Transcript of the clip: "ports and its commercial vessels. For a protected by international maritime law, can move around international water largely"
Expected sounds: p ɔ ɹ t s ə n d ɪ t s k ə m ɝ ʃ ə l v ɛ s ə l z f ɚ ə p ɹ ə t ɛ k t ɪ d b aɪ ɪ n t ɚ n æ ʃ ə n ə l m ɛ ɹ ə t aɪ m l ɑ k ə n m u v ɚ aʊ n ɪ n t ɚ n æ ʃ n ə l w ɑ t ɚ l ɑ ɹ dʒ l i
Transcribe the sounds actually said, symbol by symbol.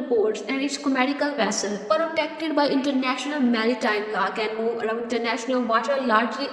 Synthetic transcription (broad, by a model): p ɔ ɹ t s ə n d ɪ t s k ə m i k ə l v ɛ s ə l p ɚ ə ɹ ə t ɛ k t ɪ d b aɪ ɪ n t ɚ n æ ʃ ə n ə l m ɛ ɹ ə t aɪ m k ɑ k ə n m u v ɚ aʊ ɪ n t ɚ n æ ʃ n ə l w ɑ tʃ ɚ l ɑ ɹ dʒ l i